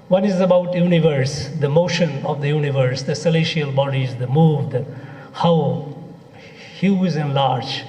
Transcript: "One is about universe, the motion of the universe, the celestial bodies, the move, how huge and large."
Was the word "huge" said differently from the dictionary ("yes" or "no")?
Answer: yes